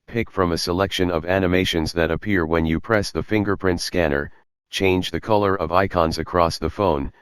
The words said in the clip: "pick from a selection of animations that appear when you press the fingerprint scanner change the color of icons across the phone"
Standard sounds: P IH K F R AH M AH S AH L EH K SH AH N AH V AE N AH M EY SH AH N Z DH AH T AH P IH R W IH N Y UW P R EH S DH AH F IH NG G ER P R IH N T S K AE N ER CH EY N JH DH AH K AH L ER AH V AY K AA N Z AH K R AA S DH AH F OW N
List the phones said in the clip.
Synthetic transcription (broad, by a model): P IH K F R AH M AH S AH L EH K SH AH N AH V AE N AH M EY SH AH N Z DH AH T AH P IH R W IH N Y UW P R EH S DH AH F IH NG G ER P R IH N T S K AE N ER CH EY N JH DH AH K AH L ER AH V AY K AA N Z AH K R AA S DH AH F OW N